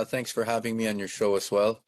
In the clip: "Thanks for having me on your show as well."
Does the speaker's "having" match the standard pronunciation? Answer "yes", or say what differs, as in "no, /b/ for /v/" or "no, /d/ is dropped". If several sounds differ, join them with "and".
yes